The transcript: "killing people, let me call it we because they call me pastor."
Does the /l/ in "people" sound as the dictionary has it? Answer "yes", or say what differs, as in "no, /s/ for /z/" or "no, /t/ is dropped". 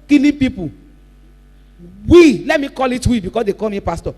no, /w/ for /l/